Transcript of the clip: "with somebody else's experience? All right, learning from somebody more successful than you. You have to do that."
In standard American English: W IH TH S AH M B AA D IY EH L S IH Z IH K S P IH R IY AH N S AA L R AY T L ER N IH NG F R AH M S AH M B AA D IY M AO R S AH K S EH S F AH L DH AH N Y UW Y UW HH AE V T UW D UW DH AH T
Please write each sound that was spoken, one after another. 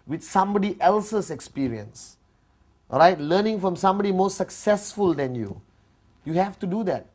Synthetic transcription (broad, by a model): W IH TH S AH M B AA D IY EH L S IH S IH K S P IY R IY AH N S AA R AY T L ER N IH NG F R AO M S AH M B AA D IY M AO S AH K S EH S F AH L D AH N Y UW Y UW HH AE F T UW D UW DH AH T